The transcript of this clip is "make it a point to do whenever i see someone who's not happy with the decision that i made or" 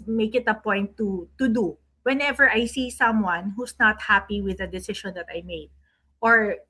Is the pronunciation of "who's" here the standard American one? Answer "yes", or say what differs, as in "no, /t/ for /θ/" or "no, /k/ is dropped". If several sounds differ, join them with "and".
no, /s/ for /z/